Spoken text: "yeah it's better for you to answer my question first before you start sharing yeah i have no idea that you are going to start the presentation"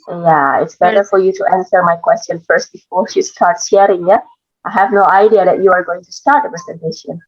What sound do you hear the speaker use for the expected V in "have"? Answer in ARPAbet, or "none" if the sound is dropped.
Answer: V